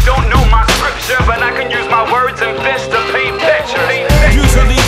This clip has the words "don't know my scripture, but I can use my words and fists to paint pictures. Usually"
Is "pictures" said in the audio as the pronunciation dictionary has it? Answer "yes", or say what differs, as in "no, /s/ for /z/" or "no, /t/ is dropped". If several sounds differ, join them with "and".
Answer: no, /k/ is dropped